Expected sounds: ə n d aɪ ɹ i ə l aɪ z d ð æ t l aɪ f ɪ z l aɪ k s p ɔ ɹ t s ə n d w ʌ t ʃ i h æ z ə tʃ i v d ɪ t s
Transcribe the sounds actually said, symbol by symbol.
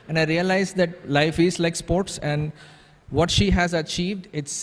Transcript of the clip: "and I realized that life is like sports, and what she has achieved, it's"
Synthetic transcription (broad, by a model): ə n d aɪ ɹ i ə l aɪ z d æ t l aɪ f ɪ z l aɪ k s p ɔ ɹ t s ə n d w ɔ t ʃ i h æ z ə tʃ i v d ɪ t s